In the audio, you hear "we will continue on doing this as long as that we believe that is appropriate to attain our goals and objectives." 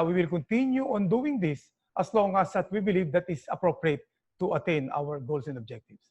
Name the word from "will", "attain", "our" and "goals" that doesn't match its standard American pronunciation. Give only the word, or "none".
goals